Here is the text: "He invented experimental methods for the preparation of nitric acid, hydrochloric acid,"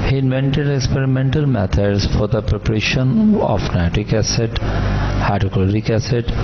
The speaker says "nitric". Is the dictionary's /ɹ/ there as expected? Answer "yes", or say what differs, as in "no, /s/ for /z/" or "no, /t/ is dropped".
no, /ɹ/ is dropped